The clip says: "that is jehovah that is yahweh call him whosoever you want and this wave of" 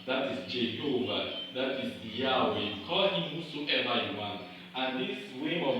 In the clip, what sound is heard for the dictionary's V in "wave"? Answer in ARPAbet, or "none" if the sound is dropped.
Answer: W